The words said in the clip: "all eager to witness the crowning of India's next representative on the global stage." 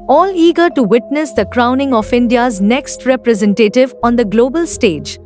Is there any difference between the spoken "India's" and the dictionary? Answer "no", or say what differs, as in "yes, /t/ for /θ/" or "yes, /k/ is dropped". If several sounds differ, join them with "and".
no